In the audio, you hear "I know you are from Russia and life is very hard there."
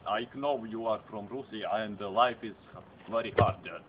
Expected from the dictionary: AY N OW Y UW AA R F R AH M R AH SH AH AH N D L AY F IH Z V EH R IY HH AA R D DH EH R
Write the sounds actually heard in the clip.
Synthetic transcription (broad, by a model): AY N OW Y UW AA R F R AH M R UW S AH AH N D L AY F IH Z V EH R IY HH AA R D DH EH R